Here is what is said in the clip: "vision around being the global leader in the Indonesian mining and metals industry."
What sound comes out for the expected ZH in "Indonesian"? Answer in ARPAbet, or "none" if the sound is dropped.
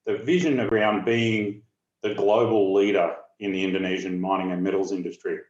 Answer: ZH